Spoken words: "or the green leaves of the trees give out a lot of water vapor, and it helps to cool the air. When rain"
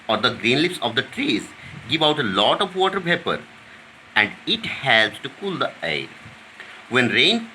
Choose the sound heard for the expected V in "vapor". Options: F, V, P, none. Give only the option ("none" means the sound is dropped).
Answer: P